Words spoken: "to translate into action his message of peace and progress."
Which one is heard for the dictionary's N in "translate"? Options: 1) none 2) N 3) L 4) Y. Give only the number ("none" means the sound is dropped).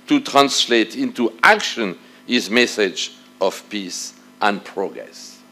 2